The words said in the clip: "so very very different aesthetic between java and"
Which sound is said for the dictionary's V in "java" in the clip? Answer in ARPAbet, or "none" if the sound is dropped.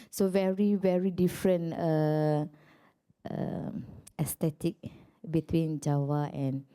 W